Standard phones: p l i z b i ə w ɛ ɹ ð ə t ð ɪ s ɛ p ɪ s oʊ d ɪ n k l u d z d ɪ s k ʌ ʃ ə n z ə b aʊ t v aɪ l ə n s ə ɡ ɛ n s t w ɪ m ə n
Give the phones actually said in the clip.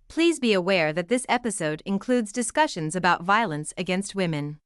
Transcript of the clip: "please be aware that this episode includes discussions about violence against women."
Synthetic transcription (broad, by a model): p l i z b i ə w ɛ ɹ ð ə t ð ɪ s ɛ p ɪ s oʊ d ɪ n k l u d z d ɪ s k ʌ ʃ ə n z ə b aʊ t v aɪ l ə n s ə ɡ ɛ n s t w ɪ m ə n